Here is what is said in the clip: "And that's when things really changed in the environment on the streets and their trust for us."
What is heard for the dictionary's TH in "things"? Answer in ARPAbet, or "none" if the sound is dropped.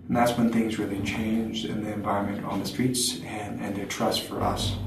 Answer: TH